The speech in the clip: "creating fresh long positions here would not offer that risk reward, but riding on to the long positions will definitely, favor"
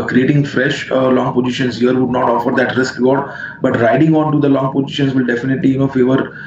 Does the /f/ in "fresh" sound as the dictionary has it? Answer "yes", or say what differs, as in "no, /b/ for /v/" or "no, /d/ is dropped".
yes